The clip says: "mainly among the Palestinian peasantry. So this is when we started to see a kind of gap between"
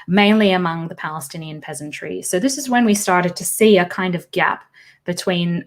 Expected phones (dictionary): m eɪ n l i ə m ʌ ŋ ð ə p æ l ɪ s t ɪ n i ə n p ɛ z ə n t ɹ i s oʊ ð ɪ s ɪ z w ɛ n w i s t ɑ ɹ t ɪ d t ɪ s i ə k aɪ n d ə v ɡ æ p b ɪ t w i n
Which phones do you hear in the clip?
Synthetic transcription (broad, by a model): m eɪ n l i ə m ʌ ŋ ð ə p æ l ɪ s t ɪ n i ə n p ɛ z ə n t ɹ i s oʊ ð ɪ s ɪ z w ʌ n w i s t ɑ ɹ t ɪ d t ɪ s i ə k aɪ n d ə v ɡ æ p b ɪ t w i n